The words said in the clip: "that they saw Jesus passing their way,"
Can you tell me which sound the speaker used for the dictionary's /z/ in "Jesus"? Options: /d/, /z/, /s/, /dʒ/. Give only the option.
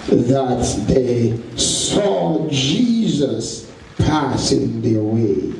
/z/